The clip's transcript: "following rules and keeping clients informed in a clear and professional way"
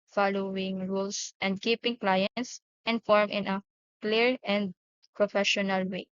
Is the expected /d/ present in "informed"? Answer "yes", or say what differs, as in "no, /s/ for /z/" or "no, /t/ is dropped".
no, /d/ is dropped